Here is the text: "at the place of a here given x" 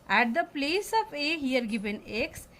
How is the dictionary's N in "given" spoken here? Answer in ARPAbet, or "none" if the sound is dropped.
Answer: N